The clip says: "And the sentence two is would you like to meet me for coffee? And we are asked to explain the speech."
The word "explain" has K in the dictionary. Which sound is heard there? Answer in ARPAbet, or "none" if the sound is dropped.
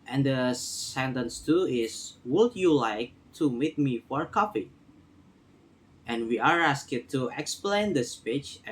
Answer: K